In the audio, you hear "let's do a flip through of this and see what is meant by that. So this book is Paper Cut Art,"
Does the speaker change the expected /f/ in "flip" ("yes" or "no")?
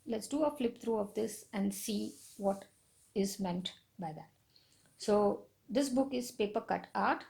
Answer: no